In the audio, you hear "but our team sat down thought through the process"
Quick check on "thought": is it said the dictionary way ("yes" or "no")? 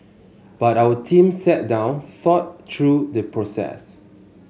no